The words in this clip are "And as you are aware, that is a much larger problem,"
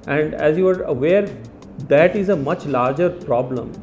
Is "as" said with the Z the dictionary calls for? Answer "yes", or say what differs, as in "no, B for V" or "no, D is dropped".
yes